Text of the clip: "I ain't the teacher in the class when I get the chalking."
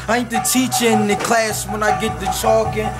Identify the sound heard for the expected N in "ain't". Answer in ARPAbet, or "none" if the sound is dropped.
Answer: none